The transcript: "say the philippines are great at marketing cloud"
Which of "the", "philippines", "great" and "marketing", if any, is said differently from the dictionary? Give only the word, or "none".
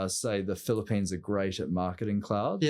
none